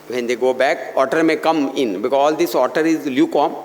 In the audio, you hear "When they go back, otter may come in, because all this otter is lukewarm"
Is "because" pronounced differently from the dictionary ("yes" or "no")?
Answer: yes